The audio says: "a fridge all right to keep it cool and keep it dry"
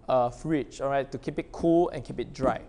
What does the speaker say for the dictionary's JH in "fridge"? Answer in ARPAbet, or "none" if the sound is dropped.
CH